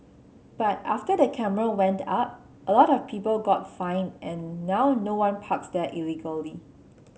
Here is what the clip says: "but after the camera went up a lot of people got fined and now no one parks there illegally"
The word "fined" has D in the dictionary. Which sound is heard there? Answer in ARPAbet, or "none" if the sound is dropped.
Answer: none